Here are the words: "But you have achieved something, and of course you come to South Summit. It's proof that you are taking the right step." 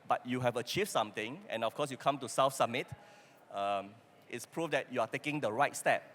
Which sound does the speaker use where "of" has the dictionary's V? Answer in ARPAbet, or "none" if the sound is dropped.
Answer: F